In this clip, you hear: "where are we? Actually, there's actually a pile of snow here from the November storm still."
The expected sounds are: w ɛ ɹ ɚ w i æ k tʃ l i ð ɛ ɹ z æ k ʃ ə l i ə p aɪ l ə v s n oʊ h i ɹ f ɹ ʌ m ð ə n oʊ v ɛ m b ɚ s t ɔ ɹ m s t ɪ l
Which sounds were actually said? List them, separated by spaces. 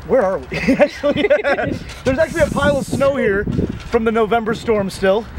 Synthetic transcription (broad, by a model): w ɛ ɹ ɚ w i æ k tʃ l i ð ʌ ɹ z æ k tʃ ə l i ə p aɪ l ə v s n oʊ h i ɹ f ɹ ʌ m ð ə n oʊ v ɛ m b ɚ s t ɔ ɹ m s t ɪ l